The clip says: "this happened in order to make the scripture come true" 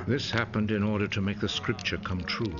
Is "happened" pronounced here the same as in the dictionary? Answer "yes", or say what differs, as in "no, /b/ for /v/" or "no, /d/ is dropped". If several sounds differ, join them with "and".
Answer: yes